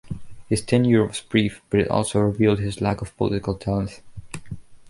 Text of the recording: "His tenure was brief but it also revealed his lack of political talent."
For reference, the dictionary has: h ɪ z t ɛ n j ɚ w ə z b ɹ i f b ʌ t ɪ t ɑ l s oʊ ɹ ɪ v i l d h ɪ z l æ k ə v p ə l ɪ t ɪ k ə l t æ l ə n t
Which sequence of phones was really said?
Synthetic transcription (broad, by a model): h ɪ z t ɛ n j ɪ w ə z b ɹ i f b ʌ t ɪ t ɑ l s oʊ ɹ ɪ v i l d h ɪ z l æ k ə v p ə l ɪ t ɪ k ə l t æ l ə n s